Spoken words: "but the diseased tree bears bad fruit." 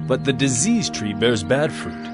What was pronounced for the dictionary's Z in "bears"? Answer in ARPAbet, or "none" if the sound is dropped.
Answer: Z